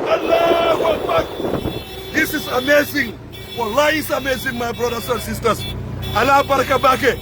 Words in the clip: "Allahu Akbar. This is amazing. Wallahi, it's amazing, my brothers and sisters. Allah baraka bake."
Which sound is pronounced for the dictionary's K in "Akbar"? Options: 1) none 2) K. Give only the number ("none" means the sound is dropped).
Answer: 1